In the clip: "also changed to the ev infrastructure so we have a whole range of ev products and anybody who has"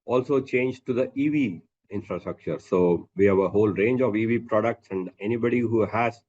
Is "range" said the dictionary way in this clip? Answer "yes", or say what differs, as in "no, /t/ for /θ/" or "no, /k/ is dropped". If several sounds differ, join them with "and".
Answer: yes